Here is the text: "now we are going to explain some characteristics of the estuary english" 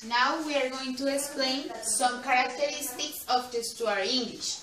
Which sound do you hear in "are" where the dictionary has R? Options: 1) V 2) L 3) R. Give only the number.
3